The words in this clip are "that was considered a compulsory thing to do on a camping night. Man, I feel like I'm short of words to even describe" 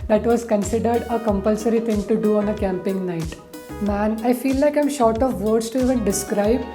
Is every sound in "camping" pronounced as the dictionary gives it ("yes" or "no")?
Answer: yes